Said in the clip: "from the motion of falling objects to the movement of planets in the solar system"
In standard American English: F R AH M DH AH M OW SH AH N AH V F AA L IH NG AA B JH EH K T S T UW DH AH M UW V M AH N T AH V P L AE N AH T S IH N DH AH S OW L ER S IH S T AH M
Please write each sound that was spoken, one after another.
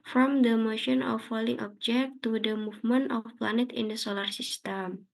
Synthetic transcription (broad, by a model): F R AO M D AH M OW SH AH N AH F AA L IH NG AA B JH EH K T T UW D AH M UW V M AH N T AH F P L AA N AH T IH N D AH S OW L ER S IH S T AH M